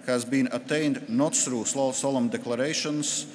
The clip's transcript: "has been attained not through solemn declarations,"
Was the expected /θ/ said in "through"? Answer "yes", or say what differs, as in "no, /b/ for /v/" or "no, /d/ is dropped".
no, /s/ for /θ/